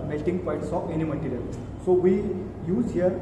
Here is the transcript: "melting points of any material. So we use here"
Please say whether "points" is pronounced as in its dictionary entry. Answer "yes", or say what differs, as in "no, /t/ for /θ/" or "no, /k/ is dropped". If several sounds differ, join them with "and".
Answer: no, /n/ is dropped